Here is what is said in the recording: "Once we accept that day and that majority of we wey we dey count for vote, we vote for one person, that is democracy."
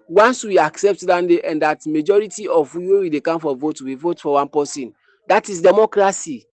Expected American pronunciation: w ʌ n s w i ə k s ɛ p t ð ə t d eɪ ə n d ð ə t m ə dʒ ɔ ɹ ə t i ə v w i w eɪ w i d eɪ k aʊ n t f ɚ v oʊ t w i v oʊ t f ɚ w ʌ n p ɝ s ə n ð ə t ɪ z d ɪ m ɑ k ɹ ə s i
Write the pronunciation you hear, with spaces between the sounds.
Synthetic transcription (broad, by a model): w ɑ n s w i ə k s ɛ p t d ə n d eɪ ə n d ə t m ə dʒ ɔ ɹ ə t i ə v w i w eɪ w i d eɪ k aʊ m f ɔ v oʊ t w i v oʊ t f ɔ w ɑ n p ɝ s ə n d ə t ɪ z d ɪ m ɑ k ɹ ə s i